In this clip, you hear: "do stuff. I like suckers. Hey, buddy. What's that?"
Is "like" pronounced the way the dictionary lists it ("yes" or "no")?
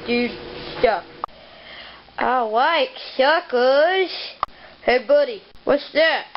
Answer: no